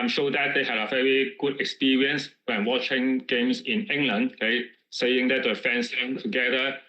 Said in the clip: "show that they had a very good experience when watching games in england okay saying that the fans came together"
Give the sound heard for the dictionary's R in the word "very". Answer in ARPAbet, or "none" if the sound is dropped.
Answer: R